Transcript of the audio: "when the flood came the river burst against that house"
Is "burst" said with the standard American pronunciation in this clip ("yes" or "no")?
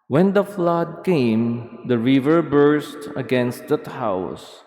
yes